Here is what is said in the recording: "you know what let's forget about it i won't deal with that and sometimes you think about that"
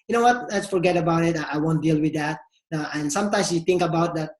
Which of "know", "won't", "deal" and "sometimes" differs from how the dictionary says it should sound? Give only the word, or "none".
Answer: sometimes